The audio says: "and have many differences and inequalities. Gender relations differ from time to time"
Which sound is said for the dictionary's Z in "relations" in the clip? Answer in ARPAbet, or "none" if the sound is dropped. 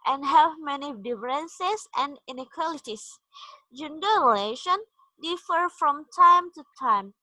none